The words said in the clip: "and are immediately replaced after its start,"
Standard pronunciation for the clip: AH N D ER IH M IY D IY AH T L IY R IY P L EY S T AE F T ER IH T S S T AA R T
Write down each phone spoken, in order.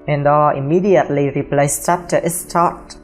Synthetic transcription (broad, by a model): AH N D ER IH M IY D IY AH T L IY R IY P L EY S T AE P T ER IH T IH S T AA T